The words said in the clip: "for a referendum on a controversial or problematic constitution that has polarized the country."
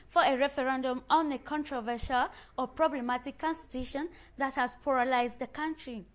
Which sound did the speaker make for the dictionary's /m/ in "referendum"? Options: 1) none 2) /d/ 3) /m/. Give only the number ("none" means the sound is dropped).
3